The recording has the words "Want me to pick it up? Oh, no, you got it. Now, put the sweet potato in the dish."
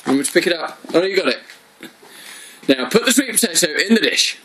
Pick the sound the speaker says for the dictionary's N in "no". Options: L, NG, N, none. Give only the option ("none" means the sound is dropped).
L